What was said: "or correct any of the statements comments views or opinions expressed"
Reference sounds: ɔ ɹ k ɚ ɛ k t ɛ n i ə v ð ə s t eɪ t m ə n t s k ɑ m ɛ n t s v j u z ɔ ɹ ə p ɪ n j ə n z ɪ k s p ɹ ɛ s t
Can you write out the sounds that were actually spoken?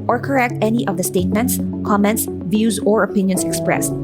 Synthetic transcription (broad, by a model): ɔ ɹ k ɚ ɛ k t ɛ n i ə v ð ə s t eɪ t m ə n t s k ɑ m ɛ n t s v j u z ɔ ɹ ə p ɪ n j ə n s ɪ k s p ɹ ɛ s t